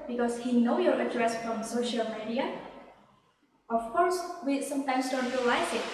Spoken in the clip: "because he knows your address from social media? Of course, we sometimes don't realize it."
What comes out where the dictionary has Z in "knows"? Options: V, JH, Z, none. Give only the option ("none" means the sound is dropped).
none